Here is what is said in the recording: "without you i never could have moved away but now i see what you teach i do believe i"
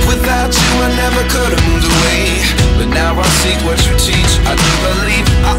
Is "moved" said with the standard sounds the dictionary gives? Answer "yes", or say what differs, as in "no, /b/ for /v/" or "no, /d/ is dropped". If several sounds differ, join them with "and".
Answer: no, /d/ is dropped